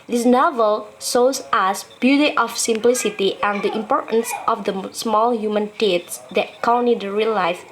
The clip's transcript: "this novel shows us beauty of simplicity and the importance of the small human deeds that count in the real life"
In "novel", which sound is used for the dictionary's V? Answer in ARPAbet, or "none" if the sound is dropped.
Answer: V